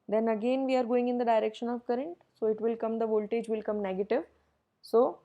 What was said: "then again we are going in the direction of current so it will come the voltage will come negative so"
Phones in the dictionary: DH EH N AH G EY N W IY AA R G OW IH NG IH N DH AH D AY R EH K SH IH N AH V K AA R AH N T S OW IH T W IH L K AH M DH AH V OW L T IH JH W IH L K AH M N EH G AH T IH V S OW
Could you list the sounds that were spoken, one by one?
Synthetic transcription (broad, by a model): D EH N AH G EY N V IY AA R G OW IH NG IH N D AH D AY R EH K SH IH N AH V K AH R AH N T S OW IH T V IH L K AH M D AH V OW L T IH JH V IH L K AH M N EH G AH T IH V S OW